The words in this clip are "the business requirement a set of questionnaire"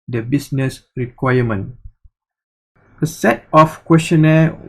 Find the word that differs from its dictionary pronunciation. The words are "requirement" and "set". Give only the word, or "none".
requirement